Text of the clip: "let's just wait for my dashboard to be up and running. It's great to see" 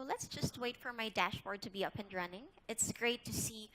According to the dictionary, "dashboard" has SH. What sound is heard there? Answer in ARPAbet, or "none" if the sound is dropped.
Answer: SH